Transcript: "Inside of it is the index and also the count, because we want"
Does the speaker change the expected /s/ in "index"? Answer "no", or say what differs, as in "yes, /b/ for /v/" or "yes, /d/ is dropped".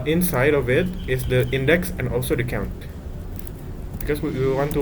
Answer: no